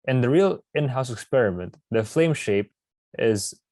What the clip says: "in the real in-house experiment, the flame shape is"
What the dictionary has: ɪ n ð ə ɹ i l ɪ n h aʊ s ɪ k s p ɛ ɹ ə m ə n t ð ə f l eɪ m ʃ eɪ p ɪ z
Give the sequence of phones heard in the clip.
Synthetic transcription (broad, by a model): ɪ n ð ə ɹ i l ɪ n h aʊ s ɪ k s p ɛ ɹ ə m ə n t ð ə f l eɪ m ʃ eɪ p ɪ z